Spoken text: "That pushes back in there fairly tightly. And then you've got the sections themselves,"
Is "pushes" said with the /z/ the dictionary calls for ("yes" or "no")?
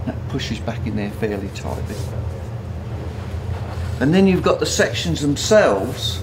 yes